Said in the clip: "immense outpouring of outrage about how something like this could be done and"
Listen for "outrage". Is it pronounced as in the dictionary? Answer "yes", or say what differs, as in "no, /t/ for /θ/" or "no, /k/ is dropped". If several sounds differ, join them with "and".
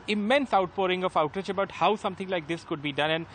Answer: no, /ɹ/ is dropped